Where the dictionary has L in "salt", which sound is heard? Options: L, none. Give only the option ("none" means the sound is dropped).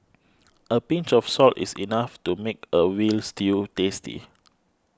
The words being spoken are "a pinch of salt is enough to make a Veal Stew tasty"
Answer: L